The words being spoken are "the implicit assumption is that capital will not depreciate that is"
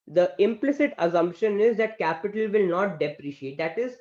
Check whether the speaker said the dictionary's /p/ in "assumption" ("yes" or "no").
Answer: yes